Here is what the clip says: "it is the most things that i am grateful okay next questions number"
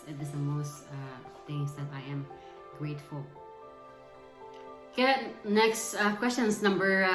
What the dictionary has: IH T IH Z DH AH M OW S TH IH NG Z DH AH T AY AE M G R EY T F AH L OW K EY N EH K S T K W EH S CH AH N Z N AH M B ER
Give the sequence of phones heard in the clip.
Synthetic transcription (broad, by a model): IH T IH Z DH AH M OW S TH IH NG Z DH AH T AY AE M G R EY T F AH L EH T N EH K S T K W EH S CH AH N S N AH M B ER